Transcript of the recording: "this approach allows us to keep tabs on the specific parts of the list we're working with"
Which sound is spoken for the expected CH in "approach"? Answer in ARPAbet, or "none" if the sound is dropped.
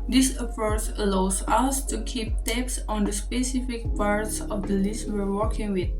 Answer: S